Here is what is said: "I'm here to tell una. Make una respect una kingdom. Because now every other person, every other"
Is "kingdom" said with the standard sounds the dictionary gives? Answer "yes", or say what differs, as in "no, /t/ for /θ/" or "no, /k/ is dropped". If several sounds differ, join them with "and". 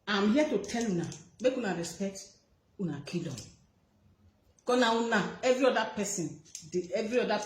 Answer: no, /ŋ/ is dropped